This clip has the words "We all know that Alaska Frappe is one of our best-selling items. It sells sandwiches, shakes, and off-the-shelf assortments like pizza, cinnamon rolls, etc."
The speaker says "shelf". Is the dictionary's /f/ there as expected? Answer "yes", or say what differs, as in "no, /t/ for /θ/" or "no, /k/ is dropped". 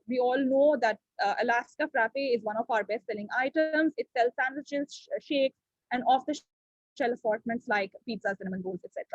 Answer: no, /f/ is dropped